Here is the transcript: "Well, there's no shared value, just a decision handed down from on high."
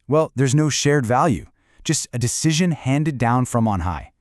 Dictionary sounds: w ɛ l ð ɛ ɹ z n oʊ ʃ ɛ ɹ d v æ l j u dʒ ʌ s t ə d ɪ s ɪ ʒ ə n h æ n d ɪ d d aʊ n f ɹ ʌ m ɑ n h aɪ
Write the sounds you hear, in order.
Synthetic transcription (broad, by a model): w ɛ l ð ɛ ɹ z n oʊ ʃ ɛ ɹ d v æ l j u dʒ ʌ s t ə d ɪ s ɪ ʒ ə n h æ n d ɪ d d aʊ n f ɹ ʌ m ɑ n h aɪ